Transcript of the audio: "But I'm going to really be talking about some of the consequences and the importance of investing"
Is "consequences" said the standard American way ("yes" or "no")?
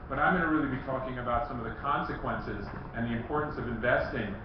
yes